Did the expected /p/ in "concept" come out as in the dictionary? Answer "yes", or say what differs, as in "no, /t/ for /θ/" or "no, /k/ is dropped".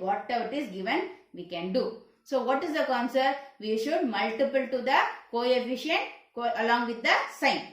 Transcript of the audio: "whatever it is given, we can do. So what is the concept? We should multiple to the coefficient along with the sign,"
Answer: no, /p/ is dropped